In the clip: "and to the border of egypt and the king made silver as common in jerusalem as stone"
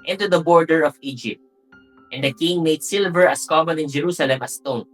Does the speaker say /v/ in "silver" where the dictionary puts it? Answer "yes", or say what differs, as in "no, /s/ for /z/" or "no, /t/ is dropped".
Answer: yes